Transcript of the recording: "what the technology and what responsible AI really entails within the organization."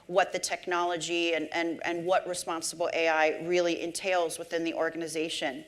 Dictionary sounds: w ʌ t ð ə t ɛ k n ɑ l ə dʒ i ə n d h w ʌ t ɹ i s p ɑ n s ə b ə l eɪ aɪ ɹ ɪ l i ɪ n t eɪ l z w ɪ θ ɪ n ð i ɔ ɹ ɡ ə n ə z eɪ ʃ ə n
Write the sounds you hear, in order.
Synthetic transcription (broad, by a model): w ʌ t ð ə t ɛ k n ɑ l ə dʒ i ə n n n w ʌ t ɹ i s p ɑ n s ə b l eɪ aɪ ɹ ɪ l i ɪ n t eɪ l z w ɪ θ ɪ n ð i ɔ ɹ ɡ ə n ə z eɪ ʃ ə n